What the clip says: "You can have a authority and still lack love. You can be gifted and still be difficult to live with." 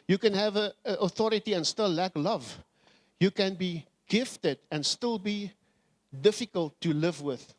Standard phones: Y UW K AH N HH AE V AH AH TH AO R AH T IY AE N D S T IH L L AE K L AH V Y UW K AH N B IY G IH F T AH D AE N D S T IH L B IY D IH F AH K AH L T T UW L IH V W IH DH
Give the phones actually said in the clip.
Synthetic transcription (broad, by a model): Y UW K AH N HH AE V AH AH TH AO R AH T IY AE N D S T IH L L AE K L AH V Y UW K AH N B IY G IH F T AH D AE N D S T IH L B IY D IH F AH K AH L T T UW L IH V W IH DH